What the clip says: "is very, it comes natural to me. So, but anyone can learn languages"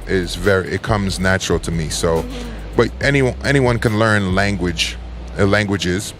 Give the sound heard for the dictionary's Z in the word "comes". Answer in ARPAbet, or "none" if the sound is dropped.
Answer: Z